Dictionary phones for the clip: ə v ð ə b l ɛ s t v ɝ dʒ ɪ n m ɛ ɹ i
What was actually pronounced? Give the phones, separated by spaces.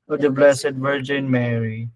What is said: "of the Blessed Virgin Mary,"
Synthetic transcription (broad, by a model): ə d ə b l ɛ s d v ɝ dʒ ɪ n m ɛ ɹ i